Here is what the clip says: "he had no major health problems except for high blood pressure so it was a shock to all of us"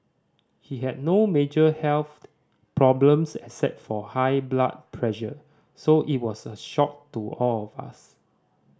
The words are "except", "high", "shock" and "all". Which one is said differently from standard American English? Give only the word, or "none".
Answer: except